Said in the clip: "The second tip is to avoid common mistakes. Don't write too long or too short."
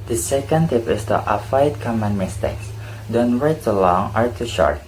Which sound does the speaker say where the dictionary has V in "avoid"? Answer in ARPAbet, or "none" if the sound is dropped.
F